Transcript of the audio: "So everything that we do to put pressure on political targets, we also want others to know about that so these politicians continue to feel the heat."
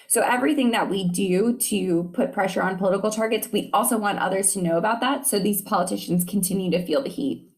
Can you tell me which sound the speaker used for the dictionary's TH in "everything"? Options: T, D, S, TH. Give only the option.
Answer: TH